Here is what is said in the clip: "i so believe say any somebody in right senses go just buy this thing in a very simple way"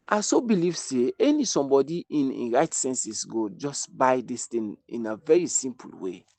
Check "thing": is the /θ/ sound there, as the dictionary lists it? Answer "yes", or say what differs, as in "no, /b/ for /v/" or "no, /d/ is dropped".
no, /t/ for /θ/